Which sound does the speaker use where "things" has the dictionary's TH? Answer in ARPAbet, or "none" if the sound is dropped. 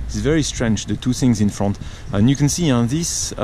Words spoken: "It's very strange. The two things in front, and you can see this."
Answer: TH